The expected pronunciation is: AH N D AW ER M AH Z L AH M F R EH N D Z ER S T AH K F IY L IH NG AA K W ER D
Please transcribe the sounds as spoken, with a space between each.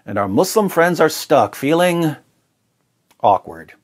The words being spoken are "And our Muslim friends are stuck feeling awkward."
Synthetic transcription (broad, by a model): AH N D AW ER M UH S L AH M F R EH N D Z ER S T AH K F IY L IH NG AA K W ER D